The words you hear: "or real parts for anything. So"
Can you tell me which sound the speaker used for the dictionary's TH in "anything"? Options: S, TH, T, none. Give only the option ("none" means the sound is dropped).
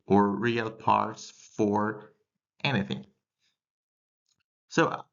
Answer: TH